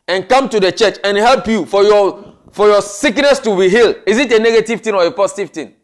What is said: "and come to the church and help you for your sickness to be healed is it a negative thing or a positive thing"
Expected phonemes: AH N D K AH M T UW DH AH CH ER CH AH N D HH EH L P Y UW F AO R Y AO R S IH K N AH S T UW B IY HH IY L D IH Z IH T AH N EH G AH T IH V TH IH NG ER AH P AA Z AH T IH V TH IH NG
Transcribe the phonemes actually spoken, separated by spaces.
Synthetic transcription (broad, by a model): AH N K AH M T UW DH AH CH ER CH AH N HH EH L P Y UW F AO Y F AO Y S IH K N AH S T UW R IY HH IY L IH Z IH T AH N EH G AH T IH V T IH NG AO AH P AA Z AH T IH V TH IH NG